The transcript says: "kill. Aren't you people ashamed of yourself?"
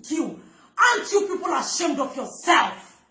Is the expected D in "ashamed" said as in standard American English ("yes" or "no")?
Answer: yes